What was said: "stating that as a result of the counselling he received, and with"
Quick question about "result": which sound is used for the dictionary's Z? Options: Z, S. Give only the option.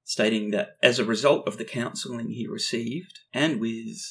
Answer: Z